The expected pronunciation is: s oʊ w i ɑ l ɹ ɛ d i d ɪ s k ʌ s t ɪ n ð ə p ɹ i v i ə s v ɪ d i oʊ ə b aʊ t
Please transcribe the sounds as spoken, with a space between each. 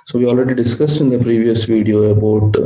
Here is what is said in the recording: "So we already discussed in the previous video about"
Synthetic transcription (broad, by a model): s oʊ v i ɑ l ɹ ɛ d i d ɪ s k ʌ s t ɪ n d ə p ɹ i v i ə s v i d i oʊ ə b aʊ t